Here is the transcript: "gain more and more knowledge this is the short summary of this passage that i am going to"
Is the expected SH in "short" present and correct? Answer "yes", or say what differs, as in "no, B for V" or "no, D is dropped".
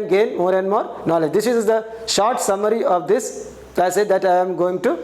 yes